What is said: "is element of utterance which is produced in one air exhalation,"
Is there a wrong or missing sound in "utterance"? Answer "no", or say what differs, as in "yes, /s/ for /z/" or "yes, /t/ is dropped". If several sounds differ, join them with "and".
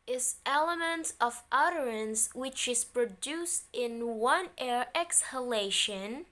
no